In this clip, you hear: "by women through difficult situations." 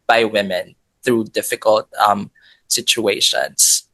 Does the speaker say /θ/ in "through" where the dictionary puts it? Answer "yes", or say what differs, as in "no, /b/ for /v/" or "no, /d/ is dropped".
yes